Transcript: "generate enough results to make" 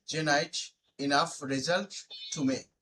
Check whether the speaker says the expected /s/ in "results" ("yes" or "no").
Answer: no